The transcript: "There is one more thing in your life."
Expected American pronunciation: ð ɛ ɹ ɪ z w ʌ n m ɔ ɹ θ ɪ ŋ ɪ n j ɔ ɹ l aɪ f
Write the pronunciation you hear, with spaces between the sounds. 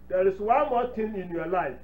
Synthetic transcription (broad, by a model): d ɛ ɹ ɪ s w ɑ n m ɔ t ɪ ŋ ɪ n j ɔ l aɪ f